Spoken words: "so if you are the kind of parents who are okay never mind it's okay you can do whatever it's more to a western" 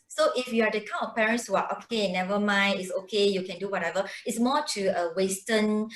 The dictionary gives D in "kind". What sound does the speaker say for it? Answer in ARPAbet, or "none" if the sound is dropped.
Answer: none